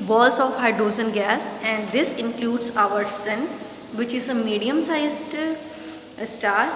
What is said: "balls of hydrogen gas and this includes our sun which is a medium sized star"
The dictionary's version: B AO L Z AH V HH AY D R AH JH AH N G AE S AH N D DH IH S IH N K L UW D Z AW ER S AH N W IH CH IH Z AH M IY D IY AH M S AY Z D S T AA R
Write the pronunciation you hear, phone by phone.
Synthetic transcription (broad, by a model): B AO L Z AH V HH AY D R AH Z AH N G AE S AH N D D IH S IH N K L UW D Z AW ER S AH N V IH CH IH Z AH M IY D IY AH M S AY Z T S T AA R